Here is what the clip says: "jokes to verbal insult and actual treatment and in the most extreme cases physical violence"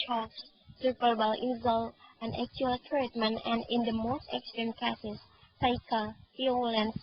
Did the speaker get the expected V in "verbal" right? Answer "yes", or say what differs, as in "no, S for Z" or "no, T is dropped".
no, P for V